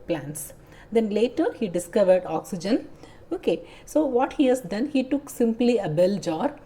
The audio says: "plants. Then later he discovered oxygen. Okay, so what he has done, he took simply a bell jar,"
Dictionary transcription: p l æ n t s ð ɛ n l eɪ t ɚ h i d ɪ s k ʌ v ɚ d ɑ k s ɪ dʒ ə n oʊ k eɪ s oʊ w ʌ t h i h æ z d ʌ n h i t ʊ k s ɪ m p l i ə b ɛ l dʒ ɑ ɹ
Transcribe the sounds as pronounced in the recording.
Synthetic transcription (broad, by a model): p l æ n t s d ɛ n l eɪ t ɚ h i d ɪ s k ʌ v ɚ d ɑ k s ɪ dʒ ə n oʊ k eɪ s oʊ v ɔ t h i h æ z d ʌ n h i t ʊ k s ɪ m p l i ə b ɛ l dʒ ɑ ɹ